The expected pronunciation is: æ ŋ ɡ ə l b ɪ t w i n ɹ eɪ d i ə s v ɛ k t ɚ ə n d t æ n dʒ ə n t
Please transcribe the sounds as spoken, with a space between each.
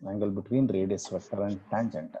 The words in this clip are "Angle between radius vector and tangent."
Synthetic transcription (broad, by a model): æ ŋ ɡ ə l b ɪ t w i n ɹ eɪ d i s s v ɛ t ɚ ə n d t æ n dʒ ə n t